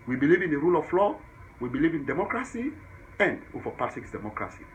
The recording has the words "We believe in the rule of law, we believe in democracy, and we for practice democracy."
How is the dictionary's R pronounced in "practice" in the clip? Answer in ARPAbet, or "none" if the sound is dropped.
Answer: none